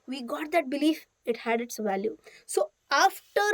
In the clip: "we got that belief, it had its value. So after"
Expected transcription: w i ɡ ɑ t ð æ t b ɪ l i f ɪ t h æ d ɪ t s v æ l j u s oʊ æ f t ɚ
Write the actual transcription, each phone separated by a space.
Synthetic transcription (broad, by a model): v i ɡ ɑ t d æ t b ɪ l i f ɪ t h æ d ɪ t s v æ l j u s oʊ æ f t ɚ